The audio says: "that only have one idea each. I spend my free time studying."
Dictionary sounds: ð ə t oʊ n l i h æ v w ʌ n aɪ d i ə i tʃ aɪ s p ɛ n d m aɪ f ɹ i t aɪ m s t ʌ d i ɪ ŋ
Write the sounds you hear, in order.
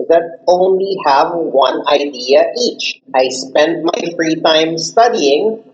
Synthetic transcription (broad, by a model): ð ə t oʊ n l i h æ v w ʌ n aɪ d i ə i tʃ aɪ s p ɛ n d m aɪ f ɹ i t aɪ m s t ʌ d i ɪ ŋ